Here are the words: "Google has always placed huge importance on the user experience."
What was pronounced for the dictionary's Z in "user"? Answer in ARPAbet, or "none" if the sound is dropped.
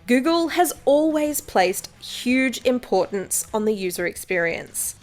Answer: Z